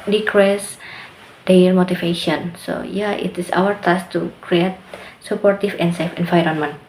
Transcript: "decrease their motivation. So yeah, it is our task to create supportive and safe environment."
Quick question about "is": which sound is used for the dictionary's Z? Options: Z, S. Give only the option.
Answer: S